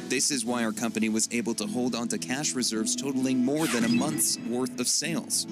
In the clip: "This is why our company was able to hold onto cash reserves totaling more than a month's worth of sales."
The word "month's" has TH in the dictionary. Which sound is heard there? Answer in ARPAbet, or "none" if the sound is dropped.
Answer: TH